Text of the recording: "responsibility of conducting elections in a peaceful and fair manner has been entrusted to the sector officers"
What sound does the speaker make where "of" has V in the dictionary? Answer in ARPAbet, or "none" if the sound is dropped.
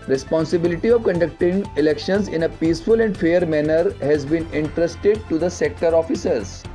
V